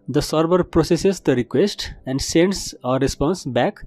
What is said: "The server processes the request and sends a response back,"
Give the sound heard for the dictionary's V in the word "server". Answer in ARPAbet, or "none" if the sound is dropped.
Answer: B